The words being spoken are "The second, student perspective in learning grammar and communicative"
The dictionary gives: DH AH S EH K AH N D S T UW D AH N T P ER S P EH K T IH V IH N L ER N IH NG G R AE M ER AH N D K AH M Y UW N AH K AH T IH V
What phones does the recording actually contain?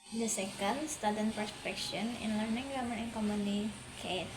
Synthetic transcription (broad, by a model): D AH S EH K AH N D S T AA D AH N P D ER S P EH K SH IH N IH N L ER N IH NG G AA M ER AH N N K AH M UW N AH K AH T